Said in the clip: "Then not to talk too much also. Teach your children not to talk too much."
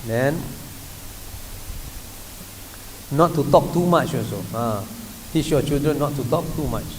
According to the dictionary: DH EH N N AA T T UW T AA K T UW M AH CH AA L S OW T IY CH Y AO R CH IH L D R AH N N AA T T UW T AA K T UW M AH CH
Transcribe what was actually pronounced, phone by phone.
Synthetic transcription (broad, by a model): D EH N N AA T T UW T AA K T UW M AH CH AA S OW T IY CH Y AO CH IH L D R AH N N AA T T UW T AA K T UW M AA CH